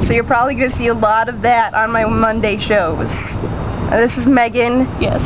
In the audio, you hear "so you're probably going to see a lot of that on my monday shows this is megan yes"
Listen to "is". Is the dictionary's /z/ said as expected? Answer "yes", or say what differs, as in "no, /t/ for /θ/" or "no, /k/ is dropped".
yes